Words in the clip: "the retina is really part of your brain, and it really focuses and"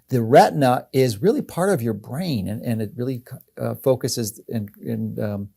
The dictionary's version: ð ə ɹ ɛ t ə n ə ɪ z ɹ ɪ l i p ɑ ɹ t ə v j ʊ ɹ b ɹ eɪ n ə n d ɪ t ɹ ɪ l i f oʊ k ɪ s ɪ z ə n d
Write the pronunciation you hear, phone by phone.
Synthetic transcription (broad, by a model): ð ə ɹ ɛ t n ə ɪ z ɹ ɪ l i p ɑ ɹ t ə v j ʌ ɹ b ɹ eɪ n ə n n ɪ t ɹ ɪ l i f oʊ k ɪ s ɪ z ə n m